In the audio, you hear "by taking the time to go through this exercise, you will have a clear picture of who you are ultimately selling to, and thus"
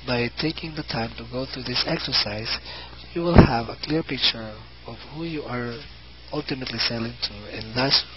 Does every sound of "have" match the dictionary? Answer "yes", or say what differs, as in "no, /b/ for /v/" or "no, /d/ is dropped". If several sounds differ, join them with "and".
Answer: yes